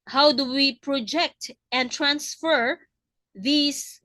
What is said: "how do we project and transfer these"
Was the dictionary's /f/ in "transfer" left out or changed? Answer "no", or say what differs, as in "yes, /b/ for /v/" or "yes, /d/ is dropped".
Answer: no